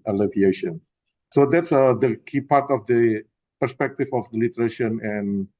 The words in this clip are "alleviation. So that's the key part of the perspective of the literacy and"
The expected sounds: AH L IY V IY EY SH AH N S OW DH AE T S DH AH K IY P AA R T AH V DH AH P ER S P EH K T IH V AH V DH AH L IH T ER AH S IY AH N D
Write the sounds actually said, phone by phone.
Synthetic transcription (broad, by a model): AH L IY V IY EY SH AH N S OW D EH T S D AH K IY P AA R T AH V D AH P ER S P EH K T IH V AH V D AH L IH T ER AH SH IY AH N